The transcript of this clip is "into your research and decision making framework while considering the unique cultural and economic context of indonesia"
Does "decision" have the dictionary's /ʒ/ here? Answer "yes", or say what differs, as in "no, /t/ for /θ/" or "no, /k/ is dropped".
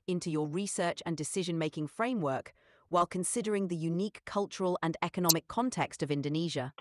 yes